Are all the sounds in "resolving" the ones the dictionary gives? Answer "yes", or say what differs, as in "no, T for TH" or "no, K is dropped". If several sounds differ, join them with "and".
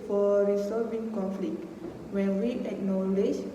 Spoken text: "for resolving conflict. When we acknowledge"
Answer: no, L is dropped